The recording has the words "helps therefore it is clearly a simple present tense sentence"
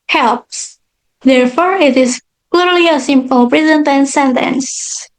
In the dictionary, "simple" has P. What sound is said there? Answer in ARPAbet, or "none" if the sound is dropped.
P